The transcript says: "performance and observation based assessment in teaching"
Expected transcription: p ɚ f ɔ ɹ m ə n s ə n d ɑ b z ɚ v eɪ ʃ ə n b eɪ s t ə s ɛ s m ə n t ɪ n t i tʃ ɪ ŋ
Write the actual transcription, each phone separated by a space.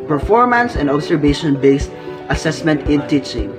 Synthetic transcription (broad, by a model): p ɚ f ɔ ɹ m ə n s ə n d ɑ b s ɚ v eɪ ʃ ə n b eɪ s t ə s ɛ s m ə n t ɪ n t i tʃ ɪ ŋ